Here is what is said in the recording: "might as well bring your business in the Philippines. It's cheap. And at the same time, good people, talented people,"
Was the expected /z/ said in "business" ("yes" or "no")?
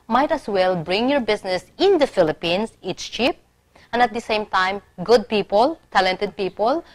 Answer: no